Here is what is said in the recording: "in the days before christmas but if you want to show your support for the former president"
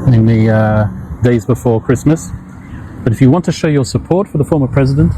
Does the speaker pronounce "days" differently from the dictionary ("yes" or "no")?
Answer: no